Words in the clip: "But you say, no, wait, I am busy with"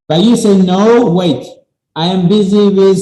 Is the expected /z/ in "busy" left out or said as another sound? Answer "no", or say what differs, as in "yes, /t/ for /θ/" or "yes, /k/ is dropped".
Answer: no